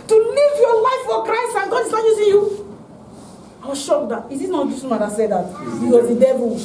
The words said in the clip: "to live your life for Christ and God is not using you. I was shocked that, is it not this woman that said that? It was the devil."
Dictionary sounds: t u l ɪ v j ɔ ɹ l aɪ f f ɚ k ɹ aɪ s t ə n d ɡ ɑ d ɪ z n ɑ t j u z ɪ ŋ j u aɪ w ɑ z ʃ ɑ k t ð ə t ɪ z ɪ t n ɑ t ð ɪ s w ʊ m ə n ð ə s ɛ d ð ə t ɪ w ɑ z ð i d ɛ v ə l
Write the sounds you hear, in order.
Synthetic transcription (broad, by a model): t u l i v j ɔ l aɪ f f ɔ k ɹ aɪ s t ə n ɡ ɑ d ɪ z n ɑ t j u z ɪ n j u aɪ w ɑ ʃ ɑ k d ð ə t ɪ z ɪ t n ɑ t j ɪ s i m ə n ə s ɛ d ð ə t ɪ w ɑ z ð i d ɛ v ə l